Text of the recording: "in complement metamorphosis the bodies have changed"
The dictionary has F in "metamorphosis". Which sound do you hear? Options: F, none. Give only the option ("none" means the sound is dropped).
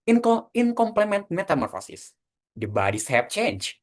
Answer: F